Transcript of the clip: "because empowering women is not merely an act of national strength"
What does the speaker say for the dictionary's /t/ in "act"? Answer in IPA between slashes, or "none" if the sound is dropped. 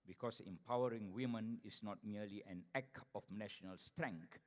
none